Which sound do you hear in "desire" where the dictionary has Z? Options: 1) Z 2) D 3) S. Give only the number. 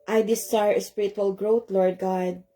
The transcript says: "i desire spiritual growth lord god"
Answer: 3